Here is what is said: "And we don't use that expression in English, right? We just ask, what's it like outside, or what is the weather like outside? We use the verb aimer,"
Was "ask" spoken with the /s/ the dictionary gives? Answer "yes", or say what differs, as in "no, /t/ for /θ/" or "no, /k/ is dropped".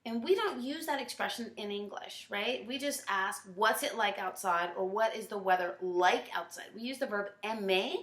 yes